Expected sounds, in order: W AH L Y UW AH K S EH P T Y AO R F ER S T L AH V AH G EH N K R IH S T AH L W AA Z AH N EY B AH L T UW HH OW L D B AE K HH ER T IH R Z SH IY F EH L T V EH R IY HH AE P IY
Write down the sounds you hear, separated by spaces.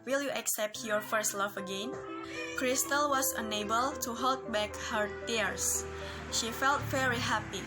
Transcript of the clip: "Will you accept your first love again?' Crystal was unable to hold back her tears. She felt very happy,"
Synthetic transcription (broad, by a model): W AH L Y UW AH K S EH P T Y AO R F ER S T L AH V AH G EH N K R IH S T AH L W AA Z AH N EY B AH L T UW HH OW L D B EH K HH ER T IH R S SH IY F EH L T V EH R IY HH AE P IY